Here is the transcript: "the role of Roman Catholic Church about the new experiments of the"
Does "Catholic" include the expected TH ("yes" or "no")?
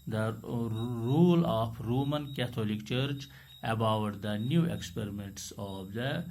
no